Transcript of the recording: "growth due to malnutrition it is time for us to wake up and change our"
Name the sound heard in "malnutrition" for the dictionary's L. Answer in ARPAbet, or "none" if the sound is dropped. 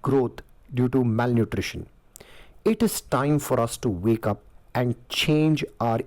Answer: L